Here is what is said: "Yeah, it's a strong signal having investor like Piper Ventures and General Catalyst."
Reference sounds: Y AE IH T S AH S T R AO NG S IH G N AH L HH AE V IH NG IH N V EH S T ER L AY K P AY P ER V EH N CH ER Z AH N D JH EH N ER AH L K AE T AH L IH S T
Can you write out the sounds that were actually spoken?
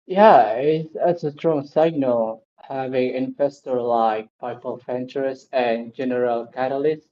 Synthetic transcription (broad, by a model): Y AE IH T S AH S T R AO NG S IH G N AH L HH AE V IH NG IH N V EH S T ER L AY K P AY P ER F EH N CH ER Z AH N JH EH N ER AH L K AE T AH L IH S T